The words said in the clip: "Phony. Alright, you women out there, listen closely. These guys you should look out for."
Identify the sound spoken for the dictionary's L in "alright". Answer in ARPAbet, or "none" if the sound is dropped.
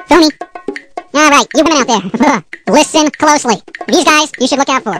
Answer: none